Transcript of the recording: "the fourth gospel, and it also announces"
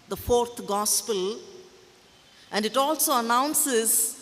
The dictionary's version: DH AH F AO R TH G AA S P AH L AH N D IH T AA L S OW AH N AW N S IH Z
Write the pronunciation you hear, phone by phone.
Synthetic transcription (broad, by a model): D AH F AO R T G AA S P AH L AH N D IH T AA L S OW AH N AW N S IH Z